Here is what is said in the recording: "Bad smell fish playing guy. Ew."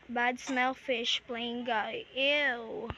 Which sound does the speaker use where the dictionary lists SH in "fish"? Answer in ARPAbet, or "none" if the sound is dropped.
SH